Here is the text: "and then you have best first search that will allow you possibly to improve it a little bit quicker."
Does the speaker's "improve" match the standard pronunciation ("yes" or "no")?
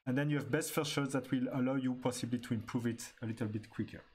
yes